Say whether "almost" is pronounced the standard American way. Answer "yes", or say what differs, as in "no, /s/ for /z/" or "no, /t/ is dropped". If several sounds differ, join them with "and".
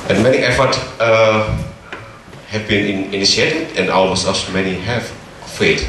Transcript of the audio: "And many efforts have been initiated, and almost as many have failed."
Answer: no, /t/ is dropped